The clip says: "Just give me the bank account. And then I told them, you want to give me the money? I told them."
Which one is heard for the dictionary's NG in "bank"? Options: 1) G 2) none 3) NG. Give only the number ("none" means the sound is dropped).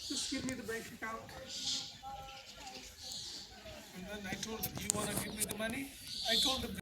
2